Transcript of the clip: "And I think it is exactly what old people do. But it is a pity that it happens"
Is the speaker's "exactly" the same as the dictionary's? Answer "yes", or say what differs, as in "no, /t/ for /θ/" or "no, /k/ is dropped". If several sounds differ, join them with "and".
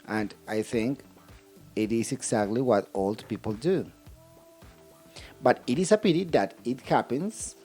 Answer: no, /s/ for /z/